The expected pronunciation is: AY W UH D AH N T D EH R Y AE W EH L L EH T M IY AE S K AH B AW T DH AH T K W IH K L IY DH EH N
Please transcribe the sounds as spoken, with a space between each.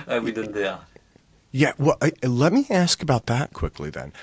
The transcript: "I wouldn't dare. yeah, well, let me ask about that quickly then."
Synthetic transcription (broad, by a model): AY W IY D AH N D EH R Y AE W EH L L EH T M IY AE S K AH B AW T DH AH T K W IH K L IY DH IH N